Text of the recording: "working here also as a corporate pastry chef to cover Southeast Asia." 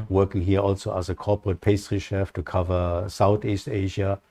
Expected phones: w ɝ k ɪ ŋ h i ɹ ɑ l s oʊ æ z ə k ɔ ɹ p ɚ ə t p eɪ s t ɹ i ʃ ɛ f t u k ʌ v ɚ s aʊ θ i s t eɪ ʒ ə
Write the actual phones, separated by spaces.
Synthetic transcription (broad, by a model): w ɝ k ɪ ŋ h i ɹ ɑ l s oʊ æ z ə k ɔ ɹ p ɚ ə t p eɪ s t ɹ i ʃ ɛ f t u k ʌ v ɚ s aʊ θ i s t eɪ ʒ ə